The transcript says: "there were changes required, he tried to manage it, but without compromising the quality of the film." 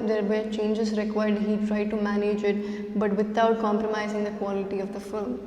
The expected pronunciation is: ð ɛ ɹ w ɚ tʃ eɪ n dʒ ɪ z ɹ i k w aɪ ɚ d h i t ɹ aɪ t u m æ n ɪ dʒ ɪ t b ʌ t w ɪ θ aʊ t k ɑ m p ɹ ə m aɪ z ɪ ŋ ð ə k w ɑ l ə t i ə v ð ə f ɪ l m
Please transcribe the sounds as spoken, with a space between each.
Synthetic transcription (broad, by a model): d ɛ ɹ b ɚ tʃ eɪ n dʒ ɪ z ɹ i k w aɪ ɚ d h i t ɹ aɪ t u m æ n ɪ dʒ ɪ t b ʌ t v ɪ t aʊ t k ɑ m p ɹ ə m aɪ z ɪ ŋ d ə k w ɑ l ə t i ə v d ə f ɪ m